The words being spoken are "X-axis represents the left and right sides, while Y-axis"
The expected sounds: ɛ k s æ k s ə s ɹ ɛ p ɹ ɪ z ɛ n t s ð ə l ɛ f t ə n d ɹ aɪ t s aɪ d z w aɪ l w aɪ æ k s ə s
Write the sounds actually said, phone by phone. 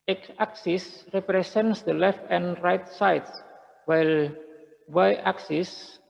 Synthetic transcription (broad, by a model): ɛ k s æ k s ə s ɹ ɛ p ɹ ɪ s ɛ n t s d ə l ɛ f t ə n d ɹ aɪ t s aɪ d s w aɪ l w aɪ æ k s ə s